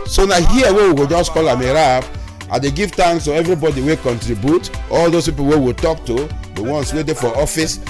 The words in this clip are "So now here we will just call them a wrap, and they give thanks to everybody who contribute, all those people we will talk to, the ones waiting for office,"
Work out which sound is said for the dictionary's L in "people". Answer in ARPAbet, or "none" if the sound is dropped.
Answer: W